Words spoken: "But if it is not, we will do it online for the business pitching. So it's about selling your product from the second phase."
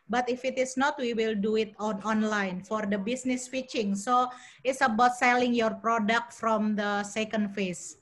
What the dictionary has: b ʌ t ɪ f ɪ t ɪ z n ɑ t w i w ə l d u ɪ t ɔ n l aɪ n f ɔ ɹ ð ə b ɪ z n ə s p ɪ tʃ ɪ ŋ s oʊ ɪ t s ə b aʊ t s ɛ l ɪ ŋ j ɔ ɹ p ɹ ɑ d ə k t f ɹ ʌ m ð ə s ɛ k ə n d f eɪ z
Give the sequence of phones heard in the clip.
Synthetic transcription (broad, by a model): b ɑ t ɪ f ɪ t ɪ s n ɑ t w i w ə l d u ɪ t ɔ n l aɪ n f ɔ ɹ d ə b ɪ s n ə s f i tʃ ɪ ŋ s oʊ ɪ t s ə b aʊ t s ɛ l ɪ ŋ j ɔ ɹ p ɹ ɑ d ə k t f ɹ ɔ m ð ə s ɛ k ə n d f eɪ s